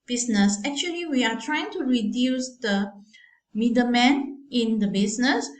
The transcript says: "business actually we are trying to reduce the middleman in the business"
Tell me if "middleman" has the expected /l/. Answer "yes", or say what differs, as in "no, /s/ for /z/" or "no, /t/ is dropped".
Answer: no, /l/ is dropped